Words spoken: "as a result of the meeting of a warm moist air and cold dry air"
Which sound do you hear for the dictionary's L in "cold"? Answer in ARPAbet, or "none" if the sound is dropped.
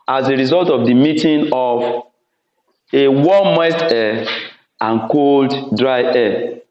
L